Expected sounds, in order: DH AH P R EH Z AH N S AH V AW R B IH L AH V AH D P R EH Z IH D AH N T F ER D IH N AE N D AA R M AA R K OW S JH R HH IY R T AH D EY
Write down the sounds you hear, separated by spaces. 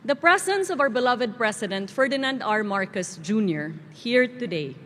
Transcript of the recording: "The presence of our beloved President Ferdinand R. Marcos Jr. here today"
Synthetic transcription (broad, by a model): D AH P R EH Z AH N S AH V AW R B IH L AH V AH D P R EH S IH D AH N T F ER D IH N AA N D AA R M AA R K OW S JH R HH IY R T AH D EY